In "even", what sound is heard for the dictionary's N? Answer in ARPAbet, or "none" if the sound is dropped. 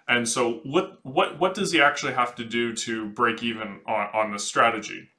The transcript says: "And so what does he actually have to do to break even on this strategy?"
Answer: N